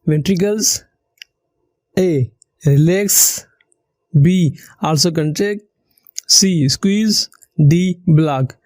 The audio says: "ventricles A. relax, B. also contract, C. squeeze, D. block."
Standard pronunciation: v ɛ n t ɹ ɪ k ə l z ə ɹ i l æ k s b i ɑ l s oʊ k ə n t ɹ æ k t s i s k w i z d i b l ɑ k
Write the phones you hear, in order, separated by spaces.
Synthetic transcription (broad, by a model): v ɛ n t ɹ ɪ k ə l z ə ɹ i l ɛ k s b i ɑ l s oʊ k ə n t ɛ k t s i s k w i z d i b l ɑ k